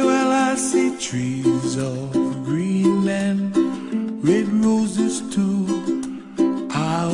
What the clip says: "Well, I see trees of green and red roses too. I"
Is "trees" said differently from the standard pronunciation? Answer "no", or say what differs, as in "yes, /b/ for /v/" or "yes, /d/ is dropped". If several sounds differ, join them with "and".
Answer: no